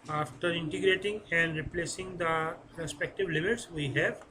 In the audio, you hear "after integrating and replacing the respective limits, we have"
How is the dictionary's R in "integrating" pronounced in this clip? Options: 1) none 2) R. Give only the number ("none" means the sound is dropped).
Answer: 2